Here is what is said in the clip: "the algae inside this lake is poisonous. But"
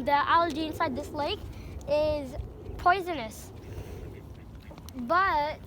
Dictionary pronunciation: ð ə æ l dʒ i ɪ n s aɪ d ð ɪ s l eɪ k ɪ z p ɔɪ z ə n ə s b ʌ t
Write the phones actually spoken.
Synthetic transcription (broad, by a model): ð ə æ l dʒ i ɪ n s aɪ d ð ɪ s l eɪ k ɪ z p ɔɪ z ə n ə s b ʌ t